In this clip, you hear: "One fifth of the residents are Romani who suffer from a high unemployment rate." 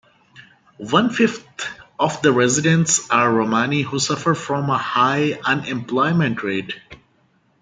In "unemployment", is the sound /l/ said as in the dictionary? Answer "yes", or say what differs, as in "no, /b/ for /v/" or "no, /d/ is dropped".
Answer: yes